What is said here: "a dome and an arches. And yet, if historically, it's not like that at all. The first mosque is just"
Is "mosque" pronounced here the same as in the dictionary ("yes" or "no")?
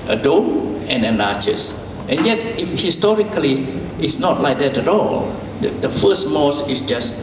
no